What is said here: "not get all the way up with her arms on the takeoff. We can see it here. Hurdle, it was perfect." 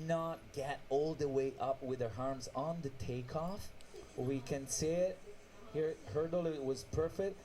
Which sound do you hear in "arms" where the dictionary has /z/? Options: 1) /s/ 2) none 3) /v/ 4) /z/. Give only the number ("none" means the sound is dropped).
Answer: 4